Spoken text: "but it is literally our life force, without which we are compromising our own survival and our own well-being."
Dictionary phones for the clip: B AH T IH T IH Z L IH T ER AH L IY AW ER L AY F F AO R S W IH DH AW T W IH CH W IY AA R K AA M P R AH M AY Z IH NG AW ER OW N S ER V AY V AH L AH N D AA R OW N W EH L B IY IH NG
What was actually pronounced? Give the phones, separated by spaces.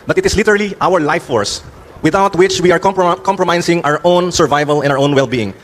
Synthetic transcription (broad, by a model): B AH T IH T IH S L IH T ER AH L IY AW ER L AY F F AO R S W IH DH AW T W IH CH W IY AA R K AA M P R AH M AY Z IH NG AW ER OW N S ER V AY V AH L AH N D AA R OW N W EH L B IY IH NG